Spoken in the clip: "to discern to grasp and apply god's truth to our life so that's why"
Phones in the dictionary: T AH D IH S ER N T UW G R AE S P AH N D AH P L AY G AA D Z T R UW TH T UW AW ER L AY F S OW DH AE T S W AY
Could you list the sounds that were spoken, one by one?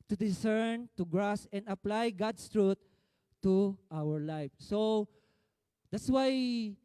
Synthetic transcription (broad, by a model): T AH D IH S ER N T UW G R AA S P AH N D AH P L AY G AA D S T R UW T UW AW ER L AY F S OW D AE T S W AY